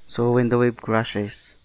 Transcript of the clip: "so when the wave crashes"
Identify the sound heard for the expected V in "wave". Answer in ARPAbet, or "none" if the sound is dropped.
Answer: B